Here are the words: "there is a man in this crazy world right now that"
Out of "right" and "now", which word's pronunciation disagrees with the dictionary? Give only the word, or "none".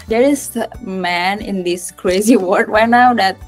right